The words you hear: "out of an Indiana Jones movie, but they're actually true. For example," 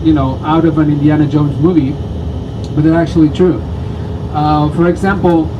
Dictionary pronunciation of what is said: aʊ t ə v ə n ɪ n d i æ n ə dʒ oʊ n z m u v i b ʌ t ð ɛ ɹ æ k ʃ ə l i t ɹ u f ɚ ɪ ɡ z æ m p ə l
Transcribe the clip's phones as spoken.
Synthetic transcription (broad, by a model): aʊ t ə v ə n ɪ n d i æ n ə dʒ oʊ n z m u v i b ʌ t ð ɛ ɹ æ k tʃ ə l i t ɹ u f ɚ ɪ ɡ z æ m p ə l